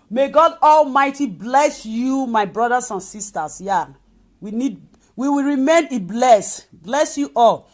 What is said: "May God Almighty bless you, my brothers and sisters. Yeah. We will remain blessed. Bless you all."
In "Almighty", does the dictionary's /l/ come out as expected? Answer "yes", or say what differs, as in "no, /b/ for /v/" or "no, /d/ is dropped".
yes